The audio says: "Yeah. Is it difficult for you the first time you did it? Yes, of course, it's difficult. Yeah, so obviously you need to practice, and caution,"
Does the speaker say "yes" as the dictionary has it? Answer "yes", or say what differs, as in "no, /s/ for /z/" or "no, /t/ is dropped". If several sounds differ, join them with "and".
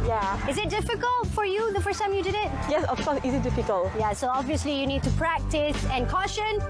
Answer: yes